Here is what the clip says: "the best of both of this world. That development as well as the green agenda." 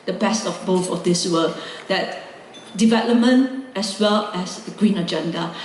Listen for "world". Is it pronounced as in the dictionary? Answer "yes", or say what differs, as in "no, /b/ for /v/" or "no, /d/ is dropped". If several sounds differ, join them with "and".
no, /l/ is dropped